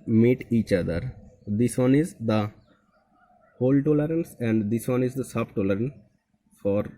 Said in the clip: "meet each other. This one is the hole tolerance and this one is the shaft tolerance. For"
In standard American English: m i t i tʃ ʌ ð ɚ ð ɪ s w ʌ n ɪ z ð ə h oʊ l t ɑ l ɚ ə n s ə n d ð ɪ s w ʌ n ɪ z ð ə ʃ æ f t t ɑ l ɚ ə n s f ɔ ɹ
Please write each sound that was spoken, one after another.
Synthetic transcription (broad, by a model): m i t i tʃ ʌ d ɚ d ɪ s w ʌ n ɪ z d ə h oʊ l t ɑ l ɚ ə n s ə n d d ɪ s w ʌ n ɪ z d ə s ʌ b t t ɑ l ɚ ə n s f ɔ ɹ